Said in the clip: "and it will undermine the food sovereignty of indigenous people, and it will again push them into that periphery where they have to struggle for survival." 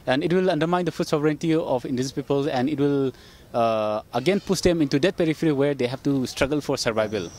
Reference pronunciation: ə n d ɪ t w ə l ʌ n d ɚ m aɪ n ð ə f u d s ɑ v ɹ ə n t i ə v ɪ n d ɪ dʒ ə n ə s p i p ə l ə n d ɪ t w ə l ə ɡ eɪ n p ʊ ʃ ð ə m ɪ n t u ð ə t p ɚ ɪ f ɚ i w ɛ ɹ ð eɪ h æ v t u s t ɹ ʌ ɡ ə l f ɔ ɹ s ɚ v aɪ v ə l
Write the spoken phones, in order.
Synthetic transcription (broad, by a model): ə n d ɪ t w ə l ʌ n d ɚ m aɪ n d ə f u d s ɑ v ɹ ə n t i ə p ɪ n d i ə n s p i p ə l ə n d ɪ t w ə l ə ɡ eɪ n p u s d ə m ɪ n t u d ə t p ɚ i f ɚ i w ɛ ɹ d eɪ h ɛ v t u s t ɹ ʌ ɡ ə l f ɔ ɹ s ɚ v aɪ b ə l